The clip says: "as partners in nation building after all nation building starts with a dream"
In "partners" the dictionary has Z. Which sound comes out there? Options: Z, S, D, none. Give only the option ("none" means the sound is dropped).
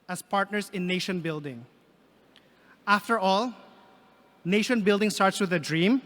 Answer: S